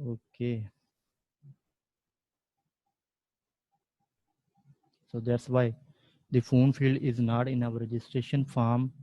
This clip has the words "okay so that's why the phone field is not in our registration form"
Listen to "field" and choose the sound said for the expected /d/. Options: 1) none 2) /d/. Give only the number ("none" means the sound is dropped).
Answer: 2